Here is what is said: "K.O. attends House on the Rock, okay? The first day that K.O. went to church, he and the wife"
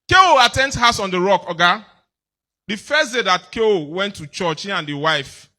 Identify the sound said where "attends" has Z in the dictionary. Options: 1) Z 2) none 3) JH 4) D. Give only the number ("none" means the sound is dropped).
2